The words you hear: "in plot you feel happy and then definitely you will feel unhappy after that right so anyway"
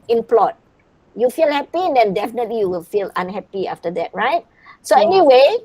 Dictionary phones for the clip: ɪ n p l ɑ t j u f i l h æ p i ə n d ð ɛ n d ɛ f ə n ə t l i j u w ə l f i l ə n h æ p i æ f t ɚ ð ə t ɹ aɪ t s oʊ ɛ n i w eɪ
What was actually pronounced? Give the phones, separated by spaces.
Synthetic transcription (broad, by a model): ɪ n p l ɑ t j u f i l h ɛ p i ə n d ɛ n d ɛ f ə n ə t l i j u w ə l f i l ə n h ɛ p i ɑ f t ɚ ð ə t ɹ aɪ t s oʊ ɛ n i w eɪ